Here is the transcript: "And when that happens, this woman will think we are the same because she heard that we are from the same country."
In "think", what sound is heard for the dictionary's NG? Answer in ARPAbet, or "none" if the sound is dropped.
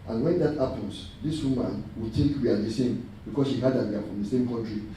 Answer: none